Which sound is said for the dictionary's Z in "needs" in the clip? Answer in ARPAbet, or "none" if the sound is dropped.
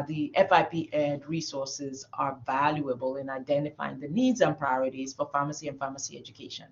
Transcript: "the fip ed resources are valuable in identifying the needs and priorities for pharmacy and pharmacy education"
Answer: Z